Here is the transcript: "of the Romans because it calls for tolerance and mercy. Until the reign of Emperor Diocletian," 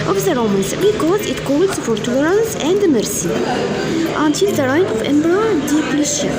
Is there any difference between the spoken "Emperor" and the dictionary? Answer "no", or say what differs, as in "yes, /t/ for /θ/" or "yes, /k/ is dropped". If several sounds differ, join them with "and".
yes, /b/ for /p/